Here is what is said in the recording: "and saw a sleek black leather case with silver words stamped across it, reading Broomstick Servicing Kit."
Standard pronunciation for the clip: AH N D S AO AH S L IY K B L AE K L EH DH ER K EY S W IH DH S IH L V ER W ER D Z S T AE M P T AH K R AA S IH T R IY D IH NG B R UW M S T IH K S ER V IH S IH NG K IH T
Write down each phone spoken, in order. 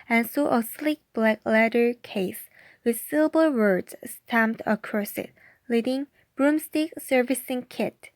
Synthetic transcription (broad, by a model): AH N S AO AH S L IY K B L AE K L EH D ER K EY S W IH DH S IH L B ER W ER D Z S T AE M P T AH K R AA S IH T L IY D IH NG B R UW M S T IH K S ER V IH S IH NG K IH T